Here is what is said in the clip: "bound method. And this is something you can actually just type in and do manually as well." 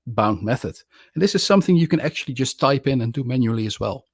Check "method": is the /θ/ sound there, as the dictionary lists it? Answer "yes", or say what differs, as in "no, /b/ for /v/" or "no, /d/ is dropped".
yes